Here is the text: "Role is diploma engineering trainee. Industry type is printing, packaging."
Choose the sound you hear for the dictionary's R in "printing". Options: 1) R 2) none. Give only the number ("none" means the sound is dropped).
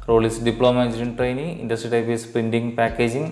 2